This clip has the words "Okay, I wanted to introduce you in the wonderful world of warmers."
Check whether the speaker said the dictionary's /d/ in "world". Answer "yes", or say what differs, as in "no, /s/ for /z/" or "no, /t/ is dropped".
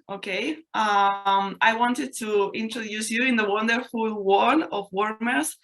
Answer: no, /d/ is dropped